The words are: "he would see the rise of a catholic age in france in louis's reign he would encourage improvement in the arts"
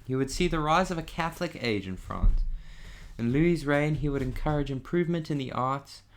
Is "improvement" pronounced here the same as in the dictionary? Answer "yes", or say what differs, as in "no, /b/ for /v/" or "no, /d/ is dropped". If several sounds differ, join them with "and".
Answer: yes